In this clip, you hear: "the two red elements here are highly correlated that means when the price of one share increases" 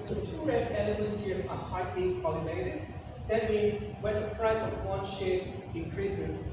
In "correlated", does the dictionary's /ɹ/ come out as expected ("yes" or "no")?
no